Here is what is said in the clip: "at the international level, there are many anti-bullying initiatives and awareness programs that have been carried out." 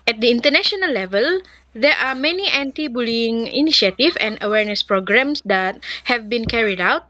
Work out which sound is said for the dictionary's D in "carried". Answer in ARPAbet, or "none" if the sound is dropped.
D